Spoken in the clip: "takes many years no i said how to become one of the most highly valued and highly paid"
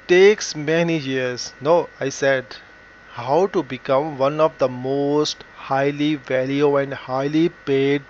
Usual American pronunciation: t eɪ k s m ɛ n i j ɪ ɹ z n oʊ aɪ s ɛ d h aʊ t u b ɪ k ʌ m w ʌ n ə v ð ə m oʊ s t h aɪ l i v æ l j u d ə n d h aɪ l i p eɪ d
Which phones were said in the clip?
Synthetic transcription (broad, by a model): t eɪ k s m ɛ n i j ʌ ɹ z n oʊ aɪ s ɛ d h aʊ t u b ɪ k ʌ m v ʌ n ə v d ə m oʊ s t h aɪ l i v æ l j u ə n d h aɪ l i p eɪ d